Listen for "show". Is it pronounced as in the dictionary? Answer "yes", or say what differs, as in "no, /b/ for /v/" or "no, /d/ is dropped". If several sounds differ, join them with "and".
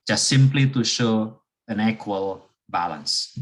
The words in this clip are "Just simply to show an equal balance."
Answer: yes